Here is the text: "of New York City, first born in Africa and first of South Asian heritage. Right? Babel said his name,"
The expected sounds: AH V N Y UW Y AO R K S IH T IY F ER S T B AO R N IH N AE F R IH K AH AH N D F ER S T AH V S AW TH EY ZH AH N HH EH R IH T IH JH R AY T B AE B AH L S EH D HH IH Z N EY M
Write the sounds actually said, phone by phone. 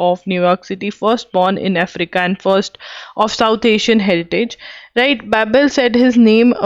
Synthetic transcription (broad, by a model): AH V N Y UW Y AO R K S IH T IY F ER S T B AO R N IH N AE F R IH K AH AH N D F ER S T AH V S AW T EY SH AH N HH EH R IH T IH JH R AY T B AE B AH L S EH D HH IH Z N EY M